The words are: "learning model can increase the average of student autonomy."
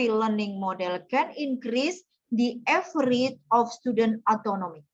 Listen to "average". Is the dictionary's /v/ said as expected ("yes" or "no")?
no